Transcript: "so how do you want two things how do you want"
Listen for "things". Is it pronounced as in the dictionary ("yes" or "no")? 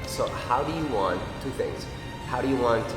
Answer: yes